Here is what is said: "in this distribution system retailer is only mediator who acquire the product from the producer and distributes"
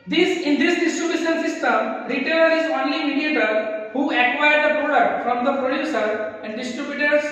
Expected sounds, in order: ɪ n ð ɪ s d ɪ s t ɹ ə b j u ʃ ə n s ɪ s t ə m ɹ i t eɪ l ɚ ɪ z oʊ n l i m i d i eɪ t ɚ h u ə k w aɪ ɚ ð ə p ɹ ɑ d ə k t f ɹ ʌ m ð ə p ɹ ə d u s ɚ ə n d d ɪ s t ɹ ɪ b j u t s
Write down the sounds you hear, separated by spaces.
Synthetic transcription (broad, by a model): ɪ n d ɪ s d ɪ s t ɹ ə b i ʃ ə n s ɪ s t ə m ɹ i t eɪ l ɚ ɪ z oʊ n l i m i d i eɪ t ɚ h u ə k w aɪ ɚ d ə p ɹ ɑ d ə t f ɹ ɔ m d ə p ɹ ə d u s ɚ ə n d d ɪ s t ɹ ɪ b j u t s